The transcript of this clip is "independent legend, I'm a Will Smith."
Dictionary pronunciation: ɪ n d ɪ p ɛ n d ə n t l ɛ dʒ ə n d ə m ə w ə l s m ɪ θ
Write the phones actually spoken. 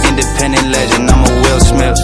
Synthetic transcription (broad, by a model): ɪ n d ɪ p ɛ n d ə n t l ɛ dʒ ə n ə m ə w ə l s m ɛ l